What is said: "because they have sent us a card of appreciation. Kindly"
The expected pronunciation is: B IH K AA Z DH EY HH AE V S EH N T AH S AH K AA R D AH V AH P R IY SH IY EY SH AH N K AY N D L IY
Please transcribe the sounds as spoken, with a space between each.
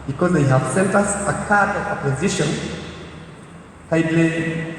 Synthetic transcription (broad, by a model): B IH K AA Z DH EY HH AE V S EH N T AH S AH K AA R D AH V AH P AO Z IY SH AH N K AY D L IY